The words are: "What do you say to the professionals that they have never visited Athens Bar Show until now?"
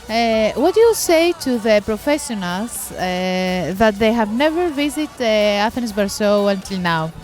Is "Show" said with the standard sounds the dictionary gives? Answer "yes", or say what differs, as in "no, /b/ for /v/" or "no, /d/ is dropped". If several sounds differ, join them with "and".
no, /s/ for /ʃ/